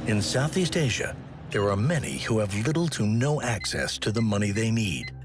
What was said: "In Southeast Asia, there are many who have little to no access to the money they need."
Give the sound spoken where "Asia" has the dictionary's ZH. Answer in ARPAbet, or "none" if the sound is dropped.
ZH